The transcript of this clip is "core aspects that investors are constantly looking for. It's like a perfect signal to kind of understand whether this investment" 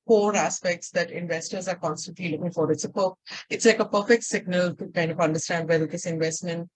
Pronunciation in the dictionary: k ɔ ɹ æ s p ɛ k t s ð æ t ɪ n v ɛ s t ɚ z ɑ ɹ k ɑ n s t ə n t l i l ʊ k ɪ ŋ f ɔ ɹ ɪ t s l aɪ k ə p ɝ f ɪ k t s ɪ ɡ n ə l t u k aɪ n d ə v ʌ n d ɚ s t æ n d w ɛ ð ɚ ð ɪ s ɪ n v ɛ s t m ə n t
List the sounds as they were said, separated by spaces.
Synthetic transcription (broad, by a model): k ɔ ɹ æ s p ɛ k t s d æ t ɪ n v ɛ s t ɚ z ɑ ɹ k ɑ n s t ə n t l i l ʊ k ɪ ŋ f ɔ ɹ ɪ t s l aɪ k ə p ɝ f ɪ k t s ɪ ɡ n ə l t u k aɪ n d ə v ʌ n d ɚ s t æ n d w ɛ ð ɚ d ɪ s ɪ n v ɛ s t m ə n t